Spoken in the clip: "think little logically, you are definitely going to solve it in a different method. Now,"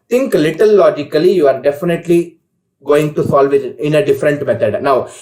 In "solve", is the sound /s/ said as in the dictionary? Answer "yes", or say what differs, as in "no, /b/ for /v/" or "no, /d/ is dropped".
yes